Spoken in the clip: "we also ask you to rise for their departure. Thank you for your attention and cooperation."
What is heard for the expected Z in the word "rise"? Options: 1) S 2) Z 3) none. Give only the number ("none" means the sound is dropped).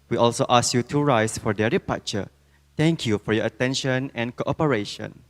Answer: 1